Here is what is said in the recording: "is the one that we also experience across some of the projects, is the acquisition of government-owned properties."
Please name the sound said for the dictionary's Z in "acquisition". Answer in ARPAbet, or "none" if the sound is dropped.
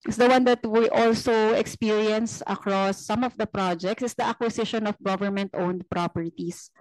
S